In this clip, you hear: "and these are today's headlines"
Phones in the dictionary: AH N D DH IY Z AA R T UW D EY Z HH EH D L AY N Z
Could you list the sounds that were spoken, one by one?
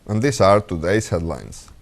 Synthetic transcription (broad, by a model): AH N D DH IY S AA R T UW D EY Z HH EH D L AY N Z